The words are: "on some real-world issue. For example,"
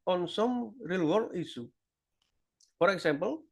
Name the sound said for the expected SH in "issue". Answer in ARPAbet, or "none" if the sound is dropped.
S